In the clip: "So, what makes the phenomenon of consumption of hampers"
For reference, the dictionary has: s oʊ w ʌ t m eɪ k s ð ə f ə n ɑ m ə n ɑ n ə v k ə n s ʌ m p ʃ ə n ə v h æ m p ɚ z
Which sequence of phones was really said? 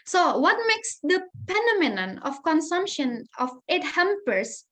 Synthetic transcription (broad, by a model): s oʊ w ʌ t m eɪ k s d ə p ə n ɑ m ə n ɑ n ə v k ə n s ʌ m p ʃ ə n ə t h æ m p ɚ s